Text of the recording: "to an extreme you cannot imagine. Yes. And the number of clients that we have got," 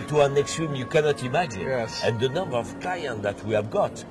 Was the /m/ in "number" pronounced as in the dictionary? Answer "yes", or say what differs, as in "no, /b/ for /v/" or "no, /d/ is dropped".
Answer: yes